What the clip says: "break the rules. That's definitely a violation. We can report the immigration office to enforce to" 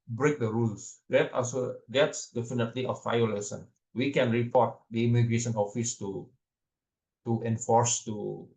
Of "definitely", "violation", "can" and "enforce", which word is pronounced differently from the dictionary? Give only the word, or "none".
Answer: violation